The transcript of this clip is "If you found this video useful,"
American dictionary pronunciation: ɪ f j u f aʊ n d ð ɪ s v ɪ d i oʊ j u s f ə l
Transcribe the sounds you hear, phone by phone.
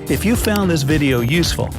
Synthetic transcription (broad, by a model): ɪ f j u f aʊ n ð ɪ s v ɪ d i oʊ j u s f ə l